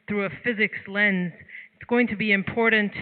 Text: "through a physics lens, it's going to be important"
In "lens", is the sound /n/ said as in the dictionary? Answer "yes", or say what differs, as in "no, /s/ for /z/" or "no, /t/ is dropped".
yes